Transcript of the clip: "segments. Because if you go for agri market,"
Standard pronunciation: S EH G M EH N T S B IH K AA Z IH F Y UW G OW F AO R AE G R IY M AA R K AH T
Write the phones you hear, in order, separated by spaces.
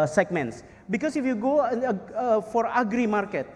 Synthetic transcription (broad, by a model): S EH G M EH N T S B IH K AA S IH F Y UW G OW F AO R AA G R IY M AA R K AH T